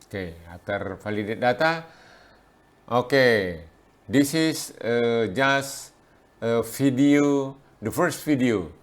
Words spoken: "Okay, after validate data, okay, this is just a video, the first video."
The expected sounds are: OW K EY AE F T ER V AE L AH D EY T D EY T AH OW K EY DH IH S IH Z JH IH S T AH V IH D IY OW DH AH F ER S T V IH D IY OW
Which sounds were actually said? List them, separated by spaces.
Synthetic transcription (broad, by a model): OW K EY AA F T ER F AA L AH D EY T D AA T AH OW K EY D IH S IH S JH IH S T AH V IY D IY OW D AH F ER S T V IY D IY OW